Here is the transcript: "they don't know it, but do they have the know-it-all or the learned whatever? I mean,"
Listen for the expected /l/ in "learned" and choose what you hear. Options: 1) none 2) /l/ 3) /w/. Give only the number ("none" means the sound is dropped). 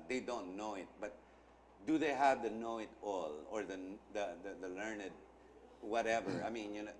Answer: 2